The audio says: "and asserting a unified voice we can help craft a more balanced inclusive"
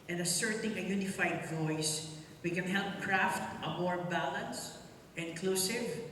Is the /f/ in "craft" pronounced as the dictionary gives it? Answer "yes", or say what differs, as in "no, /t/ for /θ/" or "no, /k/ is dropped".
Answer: yes